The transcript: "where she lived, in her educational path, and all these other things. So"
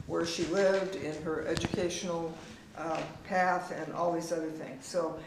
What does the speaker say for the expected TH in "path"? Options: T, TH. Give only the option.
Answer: TH